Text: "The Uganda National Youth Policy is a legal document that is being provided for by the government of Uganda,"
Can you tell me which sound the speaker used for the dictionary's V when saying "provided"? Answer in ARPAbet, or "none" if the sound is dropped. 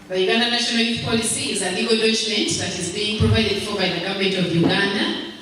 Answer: P